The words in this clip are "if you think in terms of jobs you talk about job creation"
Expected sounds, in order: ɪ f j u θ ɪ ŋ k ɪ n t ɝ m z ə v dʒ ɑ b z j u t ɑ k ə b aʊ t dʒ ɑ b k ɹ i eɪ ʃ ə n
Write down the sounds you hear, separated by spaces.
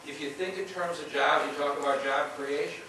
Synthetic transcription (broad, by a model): ɪ f j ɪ θ ɪ ŋ k ɪ n t ɝ m z ə v dʒ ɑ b j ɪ t ɑ k ə b aʊ t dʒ ɑ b k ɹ i eɪ ʃ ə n